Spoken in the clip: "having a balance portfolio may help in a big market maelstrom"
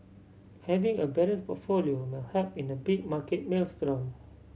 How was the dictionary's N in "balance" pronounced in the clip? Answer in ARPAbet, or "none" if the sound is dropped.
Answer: none